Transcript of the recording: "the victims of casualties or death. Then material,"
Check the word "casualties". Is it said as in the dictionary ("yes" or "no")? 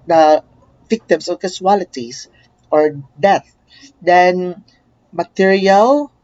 no